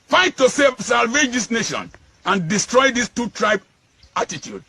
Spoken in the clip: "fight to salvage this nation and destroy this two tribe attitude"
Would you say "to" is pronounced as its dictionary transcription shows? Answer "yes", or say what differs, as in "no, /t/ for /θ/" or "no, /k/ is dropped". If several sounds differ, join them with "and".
no, /s/ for /t/